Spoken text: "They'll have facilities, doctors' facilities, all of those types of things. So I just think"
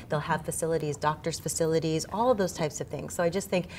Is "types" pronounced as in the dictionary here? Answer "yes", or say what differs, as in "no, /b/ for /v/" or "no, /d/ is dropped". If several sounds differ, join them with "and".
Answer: yes